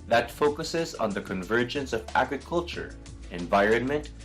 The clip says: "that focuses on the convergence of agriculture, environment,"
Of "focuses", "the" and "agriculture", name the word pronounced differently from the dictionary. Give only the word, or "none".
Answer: none